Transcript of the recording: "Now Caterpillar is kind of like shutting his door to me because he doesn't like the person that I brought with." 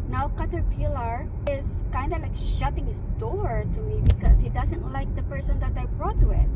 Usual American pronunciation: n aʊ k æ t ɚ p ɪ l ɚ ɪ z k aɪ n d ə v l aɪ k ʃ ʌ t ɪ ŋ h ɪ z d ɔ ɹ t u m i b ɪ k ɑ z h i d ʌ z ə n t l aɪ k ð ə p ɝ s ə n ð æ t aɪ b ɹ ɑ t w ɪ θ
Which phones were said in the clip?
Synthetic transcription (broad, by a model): n aʊ k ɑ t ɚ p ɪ l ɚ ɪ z k aɪ n d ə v l aɪ k ʃ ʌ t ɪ ŋ h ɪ s d ɔ ɹ t u m i b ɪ k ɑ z h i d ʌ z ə n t l aɪ k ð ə p ɝ s ə n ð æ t aɪ b ɹ ɑ t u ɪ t